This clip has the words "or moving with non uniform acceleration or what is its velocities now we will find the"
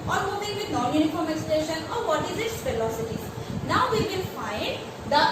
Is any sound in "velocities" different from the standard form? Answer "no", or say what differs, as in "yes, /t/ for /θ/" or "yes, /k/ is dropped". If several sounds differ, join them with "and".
yes, /f/ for /v/